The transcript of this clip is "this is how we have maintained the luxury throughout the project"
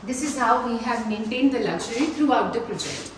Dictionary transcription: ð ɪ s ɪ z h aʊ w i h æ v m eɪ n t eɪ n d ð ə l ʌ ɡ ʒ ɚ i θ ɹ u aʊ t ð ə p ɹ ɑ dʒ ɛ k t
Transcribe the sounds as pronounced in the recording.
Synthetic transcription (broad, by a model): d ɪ s ɪ z h aʊ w i h æ v m eɪ n t eɪ n d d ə l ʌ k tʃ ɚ i t ɹ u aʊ t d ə p ɹ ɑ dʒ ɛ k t